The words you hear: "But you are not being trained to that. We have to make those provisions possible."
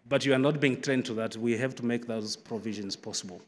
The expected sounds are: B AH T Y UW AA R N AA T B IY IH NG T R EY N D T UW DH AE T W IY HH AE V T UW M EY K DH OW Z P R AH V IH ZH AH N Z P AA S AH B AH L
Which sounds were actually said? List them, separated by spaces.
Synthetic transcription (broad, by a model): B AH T Y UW AA R N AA T B IY IH NG T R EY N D T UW DH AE T W IY HH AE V T UW M EY K DH OW Z P R AH V IH ZH AH N Z P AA S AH B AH L